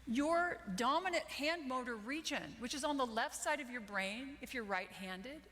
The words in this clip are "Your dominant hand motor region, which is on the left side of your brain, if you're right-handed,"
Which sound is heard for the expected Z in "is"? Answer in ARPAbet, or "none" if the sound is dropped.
Z